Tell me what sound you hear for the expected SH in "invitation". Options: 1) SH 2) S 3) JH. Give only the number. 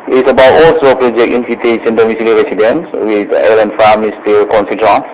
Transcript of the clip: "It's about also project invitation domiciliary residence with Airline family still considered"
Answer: 2